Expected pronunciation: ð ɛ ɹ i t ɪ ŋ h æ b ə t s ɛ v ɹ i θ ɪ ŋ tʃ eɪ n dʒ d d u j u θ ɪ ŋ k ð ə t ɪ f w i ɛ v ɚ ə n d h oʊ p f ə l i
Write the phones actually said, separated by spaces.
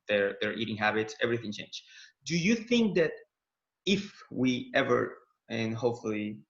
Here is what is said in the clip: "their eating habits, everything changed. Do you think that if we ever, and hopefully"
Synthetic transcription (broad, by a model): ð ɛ ɹ i t ɪ ŋ h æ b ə t s ɛ v ɹ i θ ɪ ŋ tʃ eɪ n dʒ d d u j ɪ θ ɪ ŋ k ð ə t ɪ f w i ɛ v ɚ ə n h oʊ p f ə l i